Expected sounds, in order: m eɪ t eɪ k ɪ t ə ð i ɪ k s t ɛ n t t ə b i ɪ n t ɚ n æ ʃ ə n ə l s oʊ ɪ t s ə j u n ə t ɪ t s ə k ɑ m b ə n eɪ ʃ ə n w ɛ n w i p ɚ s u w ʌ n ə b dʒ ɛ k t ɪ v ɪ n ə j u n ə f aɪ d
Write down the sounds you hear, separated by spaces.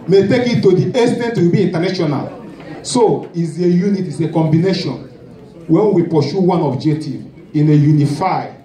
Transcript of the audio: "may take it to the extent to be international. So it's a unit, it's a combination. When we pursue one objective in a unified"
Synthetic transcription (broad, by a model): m eɪ t eɪ k ɪ t ə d i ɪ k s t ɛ n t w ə b i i n t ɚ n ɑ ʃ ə n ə l s oʊ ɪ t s ə j u n ə t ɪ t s ə k ɑ m b ə n eɪ ʃ ə n w ɛ n w i p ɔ ʃ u w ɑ n ə b dʒ ɛ k t ɪ v ɪ n ə j u n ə f aɪ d